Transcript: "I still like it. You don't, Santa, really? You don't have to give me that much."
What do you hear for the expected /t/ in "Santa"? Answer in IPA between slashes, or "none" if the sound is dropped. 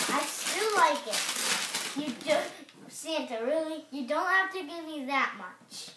/t/